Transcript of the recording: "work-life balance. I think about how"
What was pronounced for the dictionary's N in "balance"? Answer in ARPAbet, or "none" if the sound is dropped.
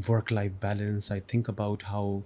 N